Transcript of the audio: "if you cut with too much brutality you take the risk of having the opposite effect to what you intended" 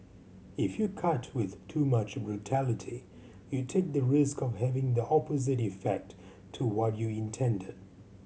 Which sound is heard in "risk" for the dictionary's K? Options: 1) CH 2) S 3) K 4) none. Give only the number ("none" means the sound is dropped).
3